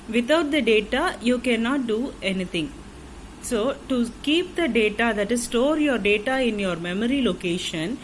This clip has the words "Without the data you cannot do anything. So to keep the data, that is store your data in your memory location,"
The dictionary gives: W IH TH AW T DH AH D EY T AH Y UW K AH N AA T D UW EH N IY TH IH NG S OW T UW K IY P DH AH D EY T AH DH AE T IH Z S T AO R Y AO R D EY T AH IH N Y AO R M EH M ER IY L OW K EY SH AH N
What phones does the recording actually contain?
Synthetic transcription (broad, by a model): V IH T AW T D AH D EY T AH Y UW K AH N AA T D UW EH N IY T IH NG S OW T UW K IY P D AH D EY T AH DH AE T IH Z S T AO R Y AO R D EY T AH IH N Y AO R M EH M ER IY L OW K EY SH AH N